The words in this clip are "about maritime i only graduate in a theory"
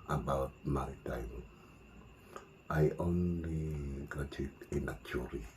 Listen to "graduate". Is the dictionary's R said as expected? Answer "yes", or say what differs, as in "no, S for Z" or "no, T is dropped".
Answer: no, R is dropped